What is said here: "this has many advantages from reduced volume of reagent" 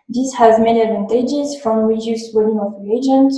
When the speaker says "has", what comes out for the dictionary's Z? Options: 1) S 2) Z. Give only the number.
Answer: 2